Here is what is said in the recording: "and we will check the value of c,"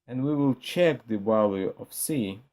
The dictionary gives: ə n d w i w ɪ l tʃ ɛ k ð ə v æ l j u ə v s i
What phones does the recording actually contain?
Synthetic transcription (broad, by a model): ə n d w i w ɪ l tʃ ɛ k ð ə b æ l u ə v s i